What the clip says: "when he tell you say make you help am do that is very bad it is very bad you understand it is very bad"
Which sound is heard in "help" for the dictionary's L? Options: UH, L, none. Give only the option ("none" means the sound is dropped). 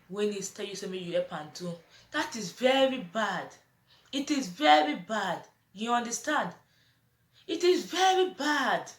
none